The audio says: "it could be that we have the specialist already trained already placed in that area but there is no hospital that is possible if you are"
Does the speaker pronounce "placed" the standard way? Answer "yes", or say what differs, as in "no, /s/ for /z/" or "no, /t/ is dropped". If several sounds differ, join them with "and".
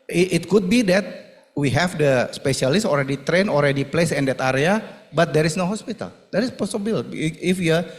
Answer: no, /t/ is dropped